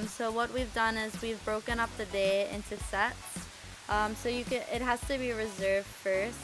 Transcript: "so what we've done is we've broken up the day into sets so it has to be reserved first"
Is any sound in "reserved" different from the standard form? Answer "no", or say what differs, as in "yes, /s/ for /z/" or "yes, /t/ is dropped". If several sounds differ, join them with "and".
no